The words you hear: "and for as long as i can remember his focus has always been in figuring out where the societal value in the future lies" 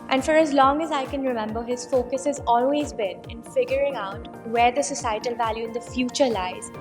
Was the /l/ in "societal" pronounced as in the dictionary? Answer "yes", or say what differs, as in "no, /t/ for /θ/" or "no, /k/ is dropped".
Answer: yes